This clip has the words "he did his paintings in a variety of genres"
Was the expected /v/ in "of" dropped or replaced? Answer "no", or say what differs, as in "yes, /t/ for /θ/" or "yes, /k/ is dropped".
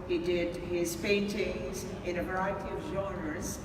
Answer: no